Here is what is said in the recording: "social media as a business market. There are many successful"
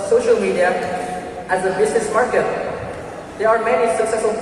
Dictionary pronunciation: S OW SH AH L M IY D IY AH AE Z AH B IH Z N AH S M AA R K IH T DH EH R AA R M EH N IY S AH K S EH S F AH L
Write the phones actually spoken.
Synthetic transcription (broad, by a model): S OW SH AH L M IY D IY AH AE Z AH B IH Z N AH S M AA R K IH T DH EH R AA R M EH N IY S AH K S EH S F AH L